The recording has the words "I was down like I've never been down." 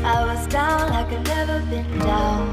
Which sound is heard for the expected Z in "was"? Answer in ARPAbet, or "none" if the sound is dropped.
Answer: Z